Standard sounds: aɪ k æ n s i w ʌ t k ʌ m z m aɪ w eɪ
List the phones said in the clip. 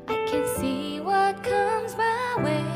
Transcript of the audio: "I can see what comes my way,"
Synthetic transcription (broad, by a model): aɪ k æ n s i w ʌ t k ʌ m z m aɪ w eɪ